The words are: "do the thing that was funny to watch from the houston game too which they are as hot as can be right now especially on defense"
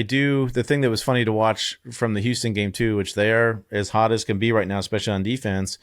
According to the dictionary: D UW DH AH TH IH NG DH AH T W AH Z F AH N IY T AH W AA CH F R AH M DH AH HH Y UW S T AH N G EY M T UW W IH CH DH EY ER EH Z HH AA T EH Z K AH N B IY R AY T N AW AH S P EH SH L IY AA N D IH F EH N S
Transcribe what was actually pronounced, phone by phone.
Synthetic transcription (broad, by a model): D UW DH AH TH IH NG DH AH T W AH Z F AH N IY T AH W AA CH F R AH M DH AH HH Y UW S T AH N G EY M T UW W IH CH DH ER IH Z HH AA T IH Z K AH N B IY R AY T N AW AH S P EH SH L IY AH N D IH F EH N S